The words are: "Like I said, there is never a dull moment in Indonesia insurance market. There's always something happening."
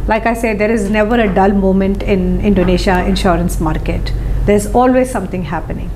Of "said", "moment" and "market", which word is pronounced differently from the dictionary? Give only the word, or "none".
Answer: none